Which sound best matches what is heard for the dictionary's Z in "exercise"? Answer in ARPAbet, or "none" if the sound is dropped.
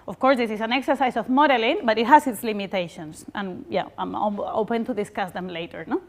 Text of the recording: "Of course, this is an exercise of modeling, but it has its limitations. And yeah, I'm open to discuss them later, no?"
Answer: S